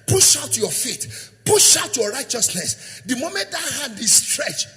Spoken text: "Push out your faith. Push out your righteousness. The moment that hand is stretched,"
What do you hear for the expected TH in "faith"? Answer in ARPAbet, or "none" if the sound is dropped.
T